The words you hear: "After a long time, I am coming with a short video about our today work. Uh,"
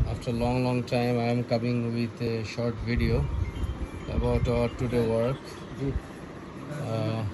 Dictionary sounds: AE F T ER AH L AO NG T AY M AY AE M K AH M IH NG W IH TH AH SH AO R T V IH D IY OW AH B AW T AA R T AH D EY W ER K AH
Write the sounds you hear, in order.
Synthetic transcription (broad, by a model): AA F T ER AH L AO NG T AY M AY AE M K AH M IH NG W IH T SH AO R T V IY D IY OW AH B AW T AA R T AH D EY W ER K